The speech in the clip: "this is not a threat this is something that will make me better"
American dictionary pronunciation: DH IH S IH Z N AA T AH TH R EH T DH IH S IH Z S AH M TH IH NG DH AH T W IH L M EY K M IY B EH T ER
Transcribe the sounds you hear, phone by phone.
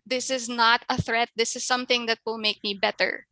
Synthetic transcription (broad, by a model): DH IH S IH Z N AA T AH TH R EH T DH IH S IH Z S AH M TH IH NG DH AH T W IH L M EY K M IY B EH T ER